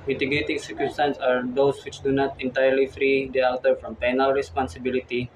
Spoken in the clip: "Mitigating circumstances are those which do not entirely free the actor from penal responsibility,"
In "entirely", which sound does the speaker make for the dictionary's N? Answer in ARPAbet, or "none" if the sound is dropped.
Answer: N